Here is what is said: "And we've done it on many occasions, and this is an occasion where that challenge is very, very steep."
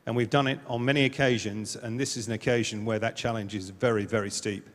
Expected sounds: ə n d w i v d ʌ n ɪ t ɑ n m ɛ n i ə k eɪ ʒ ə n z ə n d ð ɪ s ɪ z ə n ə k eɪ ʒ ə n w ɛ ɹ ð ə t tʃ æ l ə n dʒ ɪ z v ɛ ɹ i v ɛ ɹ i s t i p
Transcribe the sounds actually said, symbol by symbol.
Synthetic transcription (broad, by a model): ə n w i v d ʌ n ɪ t n m ɛ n i ə k eɪ ʒ ə n z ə n ð ɪ s ɪ z ə n ə k eɪ ʒ ə n w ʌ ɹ ð ə t tʃ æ l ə n dʒ ɪ z v ɛ ɹ i v ɛ ɹ i s t i p